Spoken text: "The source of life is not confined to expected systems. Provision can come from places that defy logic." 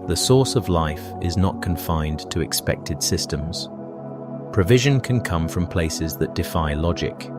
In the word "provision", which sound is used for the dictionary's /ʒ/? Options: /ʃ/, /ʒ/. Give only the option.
/ʒ/